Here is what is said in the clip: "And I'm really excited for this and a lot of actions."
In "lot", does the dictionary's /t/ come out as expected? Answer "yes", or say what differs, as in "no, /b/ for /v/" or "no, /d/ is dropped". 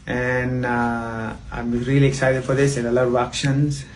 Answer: no, /t/ is dropped